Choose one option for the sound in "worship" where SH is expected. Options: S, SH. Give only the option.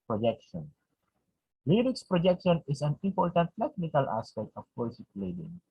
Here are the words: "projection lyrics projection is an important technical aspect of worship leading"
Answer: S